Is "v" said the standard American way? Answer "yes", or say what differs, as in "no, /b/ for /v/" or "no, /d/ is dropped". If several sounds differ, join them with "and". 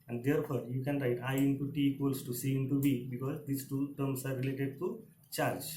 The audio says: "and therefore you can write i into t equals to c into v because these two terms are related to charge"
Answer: no, /b/ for /v/